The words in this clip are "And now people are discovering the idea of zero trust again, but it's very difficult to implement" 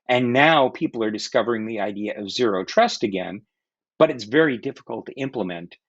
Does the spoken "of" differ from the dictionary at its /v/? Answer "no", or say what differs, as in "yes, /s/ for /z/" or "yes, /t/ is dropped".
no